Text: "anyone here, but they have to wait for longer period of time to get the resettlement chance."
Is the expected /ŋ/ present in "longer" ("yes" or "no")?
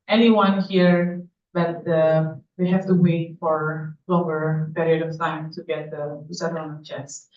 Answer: no